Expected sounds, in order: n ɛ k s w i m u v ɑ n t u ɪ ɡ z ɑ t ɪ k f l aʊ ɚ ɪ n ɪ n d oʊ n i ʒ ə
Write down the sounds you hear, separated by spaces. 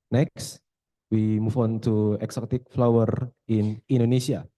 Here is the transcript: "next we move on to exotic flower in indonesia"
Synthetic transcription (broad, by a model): n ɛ k s w i m u f ɑ n t u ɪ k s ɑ t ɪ k f l aʊ ɚ ɪ n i n d oʊ n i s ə